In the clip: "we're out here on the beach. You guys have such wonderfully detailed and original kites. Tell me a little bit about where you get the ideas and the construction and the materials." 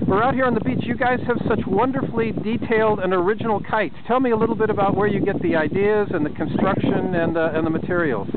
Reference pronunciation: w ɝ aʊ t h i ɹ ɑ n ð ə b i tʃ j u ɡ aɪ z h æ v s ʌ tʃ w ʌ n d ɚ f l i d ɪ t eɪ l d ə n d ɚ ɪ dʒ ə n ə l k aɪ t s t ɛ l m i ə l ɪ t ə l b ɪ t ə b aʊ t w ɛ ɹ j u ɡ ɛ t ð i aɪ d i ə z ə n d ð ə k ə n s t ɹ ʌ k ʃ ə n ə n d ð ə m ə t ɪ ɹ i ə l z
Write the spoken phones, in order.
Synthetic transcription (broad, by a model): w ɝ aʊ t h i ɹ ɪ n ð ə b i tʃ j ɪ ɡ aɪ z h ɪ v s ʌ tʃ w ʌ n d ɚ f l i d ɪ t eɪ l d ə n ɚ ɪ dʒ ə n l k aɪ t t ɛ l m i ə l ɪ t l b ɪ t ə b aʊ t w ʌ ɹ j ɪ ɡ ɛ t ð i aɪ d i ə z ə n ð ə k ə n s t ɹ ʌ k ʃ ə n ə n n ð ə m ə t ɪ ɹ i l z